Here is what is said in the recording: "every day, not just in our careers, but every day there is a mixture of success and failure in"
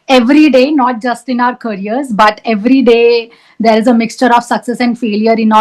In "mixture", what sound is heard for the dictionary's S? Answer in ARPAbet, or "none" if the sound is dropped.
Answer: S